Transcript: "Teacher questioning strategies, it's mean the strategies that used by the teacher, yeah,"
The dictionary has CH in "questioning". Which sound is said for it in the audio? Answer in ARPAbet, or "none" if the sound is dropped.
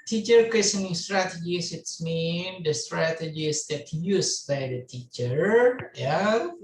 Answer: none